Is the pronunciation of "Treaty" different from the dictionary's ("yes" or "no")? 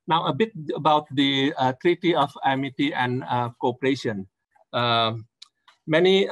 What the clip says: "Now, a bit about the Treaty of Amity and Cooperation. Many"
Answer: no